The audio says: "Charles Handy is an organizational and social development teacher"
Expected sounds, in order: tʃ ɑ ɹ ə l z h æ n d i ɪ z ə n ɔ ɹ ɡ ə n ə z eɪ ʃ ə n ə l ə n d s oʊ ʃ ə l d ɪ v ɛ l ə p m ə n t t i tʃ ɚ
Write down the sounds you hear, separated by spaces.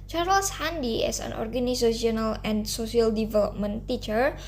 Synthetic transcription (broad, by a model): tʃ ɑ ɹ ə l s h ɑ n d i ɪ s ə n ɔ ɹ ɡ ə n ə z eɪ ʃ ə n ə l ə n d s oʊ s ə l d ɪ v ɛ l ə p m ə n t t i tʃ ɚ